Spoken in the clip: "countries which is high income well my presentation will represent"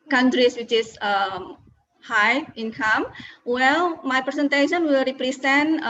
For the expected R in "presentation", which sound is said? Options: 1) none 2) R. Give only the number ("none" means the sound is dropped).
1